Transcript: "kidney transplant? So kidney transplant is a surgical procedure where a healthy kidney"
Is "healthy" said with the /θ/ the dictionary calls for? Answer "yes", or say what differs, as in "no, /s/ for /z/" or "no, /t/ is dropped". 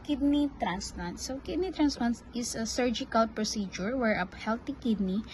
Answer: no, /t/ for /θ/